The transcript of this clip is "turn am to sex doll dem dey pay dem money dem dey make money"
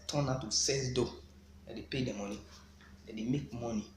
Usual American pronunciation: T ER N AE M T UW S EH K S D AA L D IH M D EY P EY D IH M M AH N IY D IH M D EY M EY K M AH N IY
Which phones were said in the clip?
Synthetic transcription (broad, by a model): T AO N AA T UW S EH S D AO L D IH D EY P EY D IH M M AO N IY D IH D EY M EY K M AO N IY